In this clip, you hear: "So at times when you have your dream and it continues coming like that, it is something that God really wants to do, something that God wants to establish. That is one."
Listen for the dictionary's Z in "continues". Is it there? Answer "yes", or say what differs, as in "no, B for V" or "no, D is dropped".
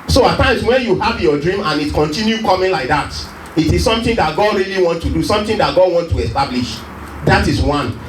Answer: no, Z is dropped